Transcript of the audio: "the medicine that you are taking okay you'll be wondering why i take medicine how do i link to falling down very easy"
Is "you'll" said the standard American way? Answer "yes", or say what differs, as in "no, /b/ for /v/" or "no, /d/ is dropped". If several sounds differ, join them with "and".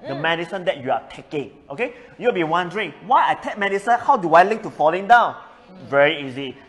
no, /w/ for /l/